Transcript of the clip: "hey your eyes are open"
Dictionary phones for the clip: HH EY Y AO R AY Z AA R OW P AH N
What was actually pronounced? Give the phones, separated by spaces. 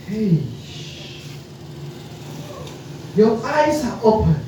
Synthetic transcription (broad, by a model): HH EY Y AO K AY S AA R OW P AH